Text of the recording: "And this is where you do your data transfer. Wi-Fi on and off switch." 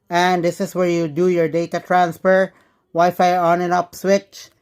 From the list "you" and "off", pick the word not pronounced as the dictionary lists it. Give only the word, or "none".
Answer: off